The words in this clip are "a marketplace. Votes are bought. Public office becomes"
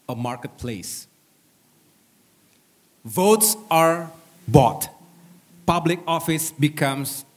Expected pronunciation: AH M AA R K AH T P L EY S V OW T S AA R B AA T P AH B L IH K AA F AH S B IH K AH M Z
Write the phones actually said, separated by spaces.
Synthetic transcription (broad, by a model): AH M AA R K AH T P L EY S V OW T S AA R B AA T P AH B L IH K AA F AH S B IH K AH M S